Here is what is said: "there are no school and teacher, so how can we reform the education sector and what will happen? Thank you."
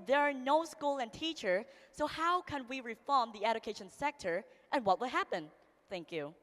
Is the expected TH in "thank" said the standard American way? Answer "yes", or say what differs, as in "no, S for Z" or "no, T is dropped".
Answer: yes